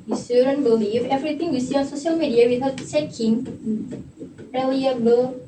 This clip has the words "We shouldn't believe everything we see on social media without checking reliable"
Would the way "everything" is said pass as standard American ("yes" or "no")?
no